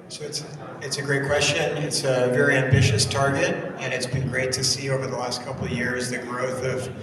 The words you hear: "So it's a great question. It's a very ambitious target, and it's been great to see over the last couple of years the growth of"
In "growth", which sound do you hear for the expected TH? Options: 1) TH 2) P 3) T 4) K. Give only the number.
1